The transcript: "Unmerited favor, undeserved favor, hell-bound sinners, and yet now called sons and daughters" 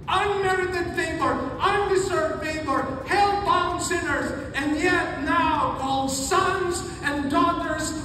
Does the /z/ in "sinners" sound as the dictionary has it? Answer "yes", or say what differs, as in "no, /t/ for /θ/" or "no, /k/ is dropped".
yes